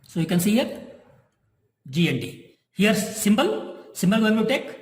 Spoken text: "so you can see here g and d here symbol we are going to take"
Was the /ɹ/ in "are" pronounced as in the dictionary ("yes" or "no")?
no